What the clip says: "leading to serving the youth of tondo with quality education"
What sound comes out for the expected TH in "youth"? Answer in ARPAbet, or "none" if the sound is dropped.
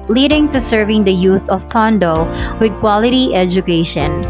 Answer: S